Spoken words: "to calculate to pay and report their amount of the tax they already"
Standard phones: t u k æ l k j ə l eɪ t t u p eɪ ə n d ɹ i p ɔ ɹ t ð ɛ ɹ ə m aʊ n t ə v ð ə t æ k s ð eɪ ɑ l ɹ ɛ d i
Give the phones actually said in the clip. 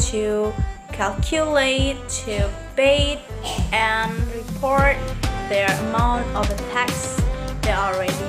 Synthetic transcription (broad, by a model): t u k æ l k j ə l eɪ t t u b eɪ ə n ɹ i p ɔ ɹ t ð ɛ ɹ ə m aʊ n t ə v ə t æ k s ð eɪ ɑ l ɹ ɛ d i